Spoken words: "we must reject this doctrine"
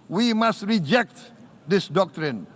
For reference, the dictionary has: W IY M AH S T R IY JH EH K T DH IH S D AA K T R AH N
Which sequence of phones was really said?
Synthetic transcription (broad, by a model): W IY M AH S T R IY JH EH K T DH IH S D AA K T R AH N